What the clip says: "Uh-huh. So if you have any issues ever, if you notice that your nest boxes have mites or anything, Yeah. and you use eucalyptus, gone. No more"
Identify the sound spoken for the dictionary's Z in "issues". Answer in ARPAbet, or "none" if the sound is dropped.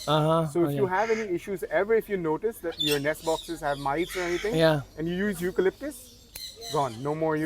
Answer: Z